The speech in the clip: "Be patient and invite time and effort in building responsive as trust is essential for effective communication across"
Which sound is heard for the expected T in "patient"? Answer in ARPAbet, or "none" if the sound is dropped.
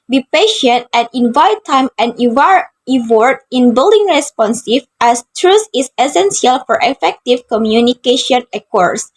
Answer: T